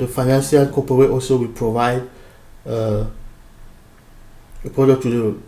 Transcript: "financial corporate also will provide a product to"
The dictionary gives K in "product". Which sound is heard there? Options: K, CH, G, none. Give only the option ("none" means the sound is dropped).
none